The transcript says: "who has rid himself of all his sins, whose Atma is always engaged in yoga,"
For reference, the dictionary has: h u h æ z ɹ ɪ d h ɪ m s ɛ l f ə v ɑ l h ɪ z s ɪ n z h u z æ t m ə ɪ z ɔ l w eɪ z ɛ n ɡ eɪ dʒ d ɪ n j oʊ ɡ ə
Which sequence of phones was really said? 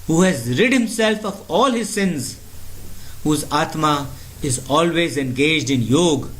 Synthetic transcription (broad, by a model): h u h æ z ɹ ɪ d h ɪ m s ɛ l f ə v ɑ l h ɪ z s ɪ n z h u z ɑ t m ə ɪ z ɔ l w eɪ z ɛ n ɡ eɪ dʒ d ɪ n j oʊ ɡ